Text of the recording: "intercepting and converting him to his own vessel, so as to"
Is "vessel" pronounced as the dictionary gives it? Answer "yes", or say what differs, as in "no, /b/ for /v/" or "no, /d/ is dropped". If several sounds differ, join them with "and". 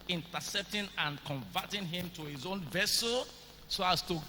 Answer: yes